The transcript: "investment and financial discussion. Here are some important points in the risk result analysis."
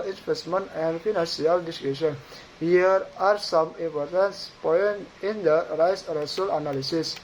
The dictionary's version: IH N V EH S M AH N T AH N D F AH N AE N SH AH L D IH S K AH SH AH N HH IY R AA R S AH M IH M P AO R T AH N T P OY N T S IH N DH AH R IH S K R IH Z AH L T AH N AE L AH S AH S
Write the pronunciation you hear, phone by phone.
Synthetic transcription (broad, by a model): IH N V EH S M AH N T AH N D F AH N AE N S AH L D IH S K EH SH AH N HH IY R AA R S AH M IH M P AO R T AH N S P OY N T IH N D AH R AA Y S R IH S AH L AH N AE L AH S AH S